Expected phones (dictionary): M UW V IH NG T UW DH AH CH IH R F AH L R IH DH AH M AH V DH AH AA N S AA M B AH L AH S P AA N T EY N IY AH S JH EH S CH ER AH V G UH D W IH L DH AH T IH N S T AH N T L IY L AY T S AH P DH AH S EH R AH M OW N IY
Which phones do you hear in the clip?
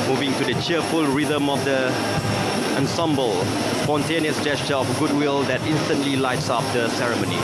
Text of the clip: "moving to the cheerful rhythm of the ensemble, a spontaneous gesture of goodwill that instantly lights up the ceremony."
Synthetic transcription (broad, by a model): M UW V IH NG T UW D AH CH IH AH F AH L R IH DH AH M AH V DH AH AA N S AA M B AH L S P AA N T EY N IY AH S JH EH S CH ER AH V G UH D W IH L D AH T IH N S T AH N T L IY L AY T S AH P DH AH S EH R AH M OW N IY